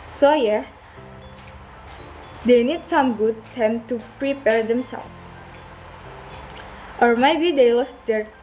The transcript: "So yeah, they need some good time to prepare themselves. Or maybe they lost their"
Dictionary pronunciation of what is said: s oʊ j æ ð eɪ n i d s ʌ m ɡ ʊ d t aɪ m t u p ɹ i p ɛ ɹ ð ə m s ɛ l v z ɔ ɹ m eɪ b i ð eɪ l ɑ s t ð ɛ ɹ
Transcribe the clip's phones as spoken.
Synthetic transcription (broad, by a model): s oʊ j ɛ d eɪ n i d s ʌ m ɡ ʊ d t aɪ m t u p ɹ i p ɛ ɹ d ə m s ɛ l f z ɔ ɹ m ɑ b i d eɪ w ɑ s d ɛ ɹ